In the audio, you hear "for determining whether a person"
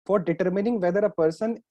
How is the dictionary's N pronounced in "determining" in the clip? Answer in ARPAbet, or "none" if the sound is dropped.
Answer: N